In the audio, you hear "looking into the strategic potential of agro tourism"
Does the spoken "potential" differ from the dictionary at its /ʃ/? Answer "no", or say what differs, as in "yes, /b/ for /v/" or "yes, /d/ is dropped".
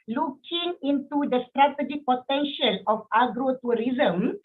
no